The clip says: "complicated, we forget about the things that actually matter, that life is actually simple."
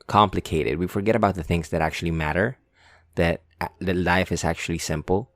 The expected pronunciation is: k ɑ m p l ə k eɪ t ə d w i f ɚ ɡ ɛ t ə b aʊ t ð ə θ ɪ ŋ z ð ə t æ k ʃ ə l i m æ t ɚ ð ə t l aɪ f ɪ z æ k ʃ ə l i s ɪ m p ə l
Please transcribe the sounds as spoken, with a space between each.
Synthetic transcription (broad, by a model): k ɑ m p l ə k eɪ t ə d w i f ɚ ɡ ɛ t ə b aʊ t ð ə θ ɪ ŋ z ð ə t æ k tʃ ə l i m æ t ɚ ð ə t l aɪ f ɪ z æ k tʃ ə l i s ɪ m p l